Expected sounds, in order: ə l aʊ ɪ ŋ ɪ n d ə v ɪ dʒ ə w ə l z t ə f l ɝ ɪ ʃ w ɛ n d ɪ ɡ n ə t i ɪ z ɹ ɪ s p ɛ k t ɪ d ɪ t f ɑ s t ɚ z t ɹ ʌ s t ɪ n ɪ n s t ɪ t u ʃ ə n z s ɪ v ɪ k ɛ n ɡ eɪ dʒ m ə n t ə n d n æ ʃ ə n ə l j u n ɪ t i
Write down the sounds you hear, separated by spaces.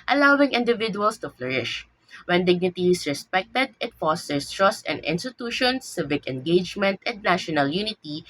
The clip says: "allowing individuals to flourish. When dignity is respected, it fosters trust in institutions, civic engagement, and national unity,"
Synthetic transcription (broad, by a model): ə l aʊ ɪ ŋ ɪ n d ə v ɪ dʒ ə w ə l s t ə f l ɝ ɪ ʃ w ɛ n d ɪ ɡ n ə t i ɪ s ɹ ɪ s p ɛ k t ɪ d ɪ t f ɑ s t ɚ s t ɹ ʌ s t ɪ n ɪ n s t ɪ t u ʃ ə n s ɪ v ɪ k ɛ n ɡ eɪ dʒ m ə n t ə n d n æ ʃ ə n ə l j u n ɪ t i